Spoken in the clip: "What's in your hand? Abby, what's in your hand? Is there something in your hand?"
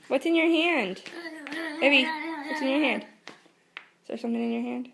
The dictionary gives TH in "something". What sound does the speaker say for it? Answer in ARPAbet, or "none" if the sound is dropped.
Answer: TH